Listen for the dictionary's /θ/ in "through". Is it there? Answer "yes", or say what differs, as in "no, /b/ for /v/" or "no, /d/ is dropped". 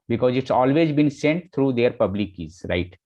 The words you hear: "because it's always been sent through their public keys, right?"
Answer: no, /t/ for /θ/